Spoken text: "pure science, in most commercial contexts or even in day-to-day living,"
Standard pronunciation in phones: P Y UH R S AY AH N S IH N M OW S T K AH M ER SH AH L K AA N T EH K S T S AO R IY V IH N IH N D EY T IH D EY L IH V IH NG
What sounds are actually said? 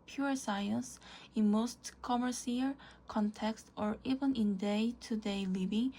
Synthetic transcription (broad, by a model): P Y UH R S AY AH N S IH N M OW S T K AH M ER S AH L K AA N T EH K S T AO R IY V IH N IH N D EY T IH D EY L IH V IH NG